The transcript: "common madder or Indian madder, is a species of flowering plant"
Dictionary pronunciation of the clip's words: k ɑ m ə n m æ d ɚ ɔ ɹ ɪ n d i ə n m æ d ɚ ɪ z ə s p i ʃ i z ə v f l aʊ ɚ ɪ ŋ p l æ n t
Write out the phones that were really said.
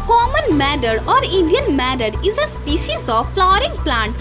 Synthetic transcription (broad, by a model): k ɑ m ə n m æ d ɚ ɔ ɹ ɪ n d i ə n m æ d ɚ ɪ z ə s p i ʃ i z ə v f l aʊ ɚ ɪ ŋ p l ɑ n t